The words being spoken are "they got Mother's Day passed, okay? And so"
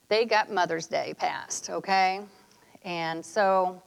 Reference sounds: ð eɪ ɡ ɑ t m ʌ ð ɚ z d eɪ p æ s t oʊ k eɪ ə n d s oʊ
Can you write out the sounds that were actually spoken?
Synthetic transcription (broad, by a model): ð eɪ ɡ ɑ t m ʌ ð ɚ z d eɪ p æ s t oʊ k eɪ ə n s oʊ